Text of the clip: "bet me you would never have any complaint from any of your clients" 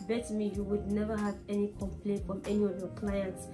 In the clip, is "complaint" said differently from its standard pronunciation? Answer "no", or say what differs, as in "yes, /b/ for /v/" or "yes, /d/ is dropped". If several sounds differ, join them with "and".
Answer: no